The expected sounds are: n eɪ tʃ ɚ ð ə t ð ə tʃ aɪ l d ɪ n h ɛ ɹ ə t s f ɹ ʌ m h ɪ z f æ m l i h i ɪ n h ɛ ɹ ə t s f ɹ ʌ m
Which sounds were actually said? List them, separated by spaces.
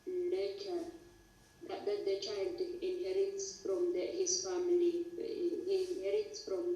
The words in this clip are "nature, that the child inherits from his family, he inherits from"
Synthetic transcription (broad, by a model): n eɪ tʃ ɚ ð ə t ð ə tʃ aɪ l d ɪ n h ɛ ɹ ə t s f ɹ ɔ m h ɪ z f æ m i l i ɪ n h ɛ ɹ ə t s f ɹ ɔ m